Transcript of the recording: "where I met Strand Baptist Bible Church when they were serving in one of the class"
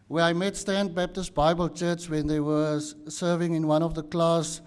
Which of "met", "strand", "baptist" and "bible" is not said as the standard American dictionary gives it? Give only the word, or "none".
strand